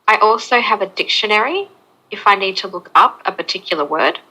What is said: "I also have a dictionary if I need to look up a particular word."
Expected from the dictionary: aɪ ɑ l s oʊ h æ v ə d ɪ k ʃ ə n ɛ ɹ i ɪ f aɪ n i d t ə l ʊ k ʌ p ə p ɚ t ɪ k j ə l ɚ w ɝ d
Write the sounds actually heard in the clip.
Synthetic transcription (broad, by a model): aɪ ɑ l s oʊ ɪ v ə d ɪ k ʃ ə n ɛ ɹ i ɪ f aɪ n i d t ə l ʊ k ʌ p ə p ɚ t ɪ k j l ɚ w ɝ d